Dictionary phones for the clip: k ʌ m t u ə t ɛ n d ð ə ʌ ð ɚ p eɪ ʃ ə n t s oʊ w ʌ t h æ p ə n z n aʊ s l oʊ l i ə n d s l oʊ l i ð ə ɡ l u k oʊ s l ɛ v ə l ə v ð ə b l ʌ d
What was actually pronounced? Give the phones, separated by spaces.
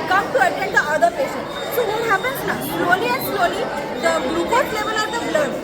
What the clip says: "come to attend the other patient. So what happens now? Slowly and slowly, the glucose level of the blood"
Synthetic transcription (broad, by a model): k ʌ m t u ə t ɛ n d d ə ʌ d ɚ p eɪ s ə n s oʊ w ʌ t h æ p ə n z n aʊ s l oʊ l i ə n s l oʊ l i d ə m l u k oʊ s l ɛ v ə l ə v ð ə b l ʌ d